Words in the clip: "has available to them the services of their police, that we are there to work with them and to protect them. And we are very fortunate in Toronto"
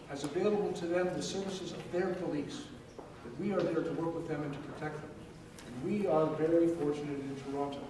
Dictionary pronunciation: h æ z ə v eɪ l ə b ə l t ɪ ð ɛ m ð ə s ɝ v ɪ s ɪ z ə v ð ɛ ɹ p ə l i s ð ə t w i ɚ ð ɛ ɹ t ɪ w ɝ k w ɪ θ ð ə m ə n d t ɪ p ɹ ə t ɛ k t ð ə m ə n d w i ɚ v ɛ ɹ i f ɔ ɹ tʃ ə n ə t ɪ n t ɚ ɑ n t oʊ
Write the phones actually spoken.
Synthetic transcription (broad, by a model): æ z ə v eɪ l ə b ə l t ɪ ð ɛ m ð ə s ɝ v ɪ s ɪ z ə v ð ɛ ɹ p ə l i s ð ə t w i ɚ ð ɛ ɹ t ɪ w ɝ k w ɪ ð ə m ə n t ɪ p ɹ ə t ɛ k t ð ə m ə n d w i ɚ v ɛ ɹ i f ɔ ɹ tʃ ə n ə t ɪ n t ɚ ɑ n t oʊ